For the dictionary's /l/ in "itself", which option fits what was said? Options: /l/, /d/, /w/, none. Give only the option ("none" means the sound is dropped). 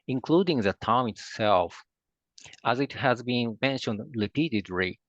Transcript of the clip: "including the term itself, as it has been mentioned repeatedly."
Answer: /l/